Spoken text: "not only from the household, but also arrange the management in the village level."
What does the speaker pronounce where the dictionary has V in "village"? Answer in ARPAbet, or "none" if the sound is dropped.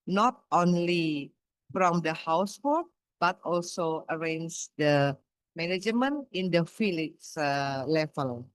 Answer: F